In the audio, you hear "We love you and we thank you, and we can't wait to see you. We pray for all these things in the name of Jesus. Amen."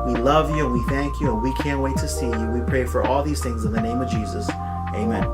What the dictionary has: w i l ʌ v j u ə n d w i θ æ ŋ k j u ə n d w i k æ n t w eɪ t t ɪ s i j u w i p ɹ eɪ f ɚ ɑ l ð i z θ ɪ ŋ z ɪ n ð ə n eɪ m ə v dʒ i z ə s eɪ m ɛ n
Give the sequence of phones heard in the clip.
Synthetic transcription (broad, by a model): w i l ʌ v j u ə n w i θ æ ŋ k j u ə n w i k æ n t w eɪ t t ɪ s i j u w i p ɹ eɪ f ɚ ɑ l ð i z θ ɪ ŋ z ɪ n ð ə n eɪ m ə v dʒ i z ə s eɪ m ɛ n